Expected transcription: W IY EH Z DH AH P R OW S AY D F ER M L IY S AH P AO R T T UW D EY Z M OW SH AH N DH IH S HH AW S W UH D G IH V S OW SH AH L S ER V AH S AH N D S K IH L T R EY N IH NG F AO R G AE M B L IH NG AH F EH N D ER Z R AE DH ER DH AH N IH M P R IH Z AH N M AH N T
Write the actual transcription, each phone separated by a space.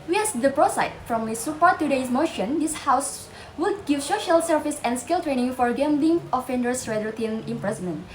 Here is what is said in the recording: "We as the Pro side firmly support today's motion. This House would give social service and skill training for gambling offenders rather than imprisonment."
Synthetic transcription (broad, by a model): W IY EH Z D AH P R OW S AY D F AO M IY S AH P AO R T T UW D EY S M OW SH AH N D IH S HH AW S W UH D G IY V S OW SH AH L S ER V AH S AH N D S K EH L T R EY N IH NG F AO R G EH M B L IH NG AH F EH N D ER S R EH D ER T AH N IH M P R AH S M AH N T